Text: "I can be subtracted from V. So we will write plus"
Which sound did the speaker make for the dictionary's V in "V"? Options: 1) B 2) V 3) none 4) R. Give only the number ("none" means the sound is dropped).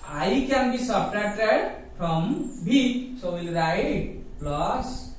1